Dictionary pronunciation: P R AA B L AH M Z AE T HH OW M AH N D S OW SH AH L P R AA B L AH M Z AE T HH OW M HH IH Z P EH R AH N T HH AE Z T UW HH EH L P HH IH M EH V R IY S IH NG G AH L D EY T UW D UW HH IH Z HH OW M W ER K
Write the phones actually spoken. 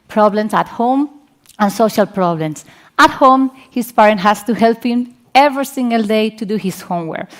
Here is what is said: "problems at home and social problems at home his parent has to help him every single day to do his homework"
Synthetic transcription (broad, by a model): P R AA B L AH M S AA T HH OW M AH N S OW SH AH L P R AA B L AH M S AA T HH OW M HH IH S P EH R AH N T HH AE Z T UW HH EH L P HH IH M EH V R IY S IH NG G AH L D EY T UW D UW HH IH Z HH OW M W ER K